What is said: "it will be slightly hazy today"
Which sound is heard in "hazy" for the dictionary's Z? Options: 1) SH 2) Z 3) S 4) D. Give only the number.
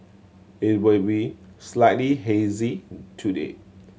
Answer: 2